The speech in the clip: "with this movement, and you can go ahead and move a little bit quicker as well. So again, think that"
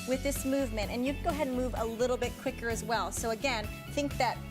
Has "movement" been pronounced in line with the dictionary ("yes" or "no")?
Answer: yes